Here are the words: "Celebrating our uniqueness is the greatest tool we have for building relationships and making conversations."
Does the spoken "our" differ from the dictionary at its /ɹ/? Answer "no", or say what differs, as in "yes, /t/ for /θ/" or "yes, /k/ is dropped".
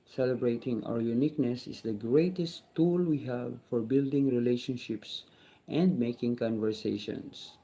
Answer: yes, /w/ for /ɹ/